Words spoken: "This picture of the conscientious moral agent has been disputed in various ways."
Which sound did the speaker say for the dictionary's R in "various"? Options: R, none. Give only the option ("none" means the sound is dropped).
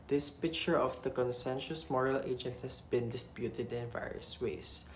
R